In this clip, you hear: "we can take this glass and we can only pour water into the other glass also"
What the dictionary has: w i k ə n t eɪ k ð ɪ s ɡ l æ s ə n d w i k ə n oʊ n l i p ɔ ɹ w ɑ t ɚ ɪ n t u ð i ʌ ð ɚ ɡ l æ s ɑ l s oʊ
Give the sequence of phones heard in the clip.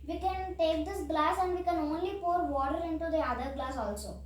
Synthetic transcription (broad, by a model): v i k ə n t eɪ k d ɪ s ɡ l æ s ə n d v i k ə n oʊ n l i p ɔ ɹ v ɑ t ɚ ɪ n t u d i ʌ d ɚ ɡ l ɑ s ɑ l s oʊ